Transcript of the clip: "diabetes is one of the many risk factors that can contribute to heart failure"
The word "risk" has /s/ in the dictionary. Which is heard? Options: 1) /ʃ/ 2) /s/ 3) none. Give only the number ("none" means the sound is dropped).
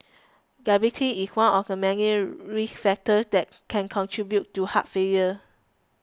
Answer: 3